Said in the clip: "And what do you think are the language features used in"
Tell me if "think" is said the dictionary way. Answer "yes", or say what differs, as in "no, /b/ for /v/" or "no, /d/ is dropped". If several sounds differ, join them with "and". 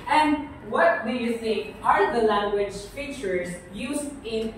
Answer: no, /s/ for /θ/